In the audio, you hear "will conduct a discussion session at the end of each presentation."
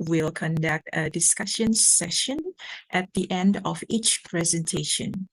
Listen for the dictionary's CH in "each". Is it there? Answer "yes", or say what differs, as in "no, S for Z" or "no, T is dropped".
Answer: yes